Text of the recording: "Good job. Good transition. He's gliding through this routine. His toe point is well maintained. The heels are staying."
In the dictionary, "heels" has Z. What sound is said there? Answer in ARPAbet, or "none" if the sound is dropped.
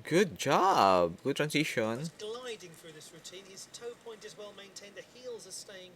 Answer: Z